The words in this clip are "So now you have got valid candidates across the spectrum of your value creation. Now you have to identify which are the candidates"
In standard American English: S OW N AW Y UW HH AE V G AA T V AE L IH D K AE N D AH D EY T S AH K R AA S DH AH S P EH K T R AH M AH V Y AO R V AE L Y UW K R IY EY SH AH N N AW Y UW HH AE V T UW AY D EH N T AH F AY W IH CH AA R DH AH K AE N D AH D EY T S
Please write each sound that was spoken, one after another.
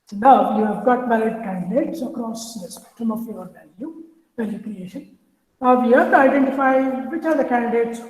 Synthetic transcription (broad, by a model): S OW N AW Y UW HH AE V G AA T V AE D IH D K AE N D AH D EY T S AH K R AA S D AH S P EH K T R AH M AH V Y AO L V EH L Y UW K R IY EY SH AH N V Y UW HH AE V T UW AY D EH N T AH F AY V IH CH AA R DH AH K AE N D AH D EY T S